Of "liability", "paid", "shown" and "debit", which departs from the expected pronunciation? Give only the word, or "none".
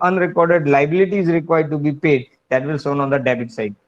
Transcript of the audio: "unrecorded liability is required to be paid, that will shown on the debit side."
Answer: shown